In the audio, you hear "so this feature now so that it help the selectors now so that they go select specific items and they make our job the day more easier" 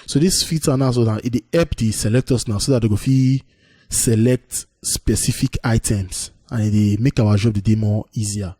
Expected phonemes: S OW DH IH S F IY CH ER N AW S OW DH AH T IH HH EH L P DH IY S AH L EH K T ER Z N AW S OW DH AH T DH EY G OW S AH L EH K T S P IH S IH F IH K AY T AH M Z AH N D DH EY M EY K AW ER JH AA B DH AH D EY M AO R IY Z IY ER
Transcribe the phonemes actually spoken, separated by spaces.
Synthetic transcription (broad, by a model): S OW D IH S F IY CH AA N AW S OW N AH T IH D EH P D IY S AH L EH K T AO S N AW S OW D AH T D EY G OW S AH L EH K T S P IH S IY F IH K AY T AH M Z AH N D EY M EY K AW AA JH AA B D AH D EY M AO IY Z IY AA